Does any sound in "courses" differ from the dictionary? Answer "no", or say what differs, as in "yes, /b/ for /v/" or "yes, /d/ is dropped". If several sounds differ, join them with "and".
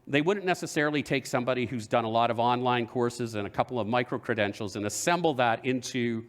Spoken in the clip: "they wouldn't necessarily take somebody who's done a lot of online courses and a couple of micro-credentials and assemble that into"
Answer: no